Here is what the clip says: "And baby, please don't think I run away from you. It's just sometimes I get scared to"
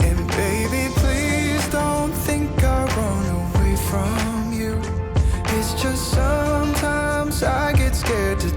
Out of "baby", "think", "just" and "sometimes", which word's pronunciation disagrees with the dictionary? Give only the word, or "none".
none